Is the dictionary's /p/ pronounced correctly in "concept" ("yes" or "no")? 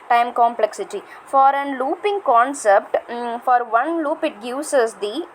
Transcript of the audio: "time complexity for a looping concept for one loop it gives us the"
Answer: yes